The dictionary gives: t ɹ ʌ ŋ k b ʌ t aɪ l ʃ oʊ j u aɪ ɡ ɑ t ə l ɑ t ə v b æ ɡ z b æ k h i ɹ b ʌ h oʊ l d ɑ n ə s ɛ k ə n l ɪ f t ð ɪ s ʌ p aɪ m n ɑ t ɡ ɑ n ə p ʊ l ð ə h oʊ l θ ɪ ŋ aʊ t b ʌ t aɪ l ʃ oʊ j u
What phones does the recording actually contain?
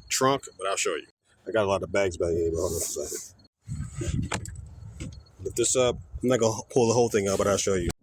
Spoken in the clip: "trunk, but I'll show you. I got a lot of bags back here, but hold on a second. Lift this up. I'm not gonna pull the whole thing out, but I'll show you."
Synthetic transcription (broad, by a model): t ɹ ʌ ŋ k b ʌ t aɪ l ʃ oʊ j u aɪ ɡ ɑ t ə l ɑ t ə v b æ ɡ z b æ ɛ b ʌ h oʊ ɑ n ə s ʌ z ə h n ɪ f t ð ɪ s ʌ p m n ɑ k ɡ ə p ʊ l ð ə h oʊ l θ ɪ ŋ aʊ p b ʌ t aɪ l ʃ oʊ j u